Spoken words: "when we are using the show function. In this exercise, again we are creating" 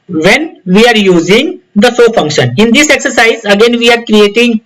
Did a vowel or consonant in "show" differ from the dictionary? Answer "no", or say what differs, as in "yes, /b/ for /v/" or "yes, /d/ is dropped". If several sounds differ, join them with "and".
yes, /s/ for /ʃ/